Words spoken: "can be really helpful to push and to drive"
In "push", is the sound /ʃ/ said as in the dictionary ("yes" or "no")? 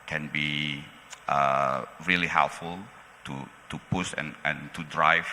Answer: no